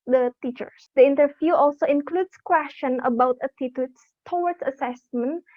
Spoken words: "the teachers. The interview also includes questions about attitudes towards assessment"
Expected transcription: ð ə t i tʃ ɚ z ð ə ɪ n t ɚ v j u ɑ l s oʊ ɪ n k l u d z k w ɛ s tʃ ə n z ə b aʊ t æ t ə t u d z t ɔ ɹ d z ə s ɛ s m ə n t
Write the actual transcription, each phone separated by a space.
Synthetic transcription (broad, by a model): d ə t i tʃ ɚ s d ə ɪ n t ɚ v j u ɑ l s oʊ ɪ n k l u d s k w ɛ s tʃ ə n ə b aʊ t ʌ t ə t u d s t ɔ w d s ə s ɛ s m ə n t